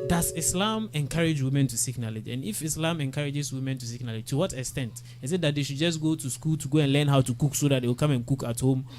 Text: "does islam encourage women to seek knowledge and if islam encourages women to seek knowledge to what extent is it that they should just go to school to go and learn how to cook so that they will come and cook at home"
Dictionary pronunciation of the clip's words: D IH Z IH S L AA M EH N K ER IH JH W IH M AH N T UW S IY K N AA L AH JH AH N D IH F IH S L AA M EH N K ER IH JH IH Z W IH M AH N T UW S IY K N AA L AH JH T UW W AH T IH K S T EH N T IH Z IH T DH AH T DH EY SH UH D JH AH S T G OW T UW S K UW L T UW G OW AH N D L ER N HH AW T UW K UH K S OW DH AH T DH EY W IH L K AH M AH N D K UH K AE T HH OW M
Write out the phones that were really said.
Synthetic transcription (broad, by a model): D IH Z IH S L AA M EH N K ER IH JH W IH M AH N T UW S IY K N AA L AH JH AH N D IH F IH S L AA M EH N K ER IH JH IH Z W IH M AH N T UW S IY K N AA L AH JH T UW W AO T IH K S T EH N T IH S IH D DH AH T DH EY SH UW D JH AH S T G OW T UW S K UW L T UW G OW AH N L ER N HH AW T UW K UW K S OW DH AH T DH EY W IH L K AH M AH N K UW K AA T HH OW M